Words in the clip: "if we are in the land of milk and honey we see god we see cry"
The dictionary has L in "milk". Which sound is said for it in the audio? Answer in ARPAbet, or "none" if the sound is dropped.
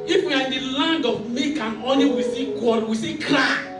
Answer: none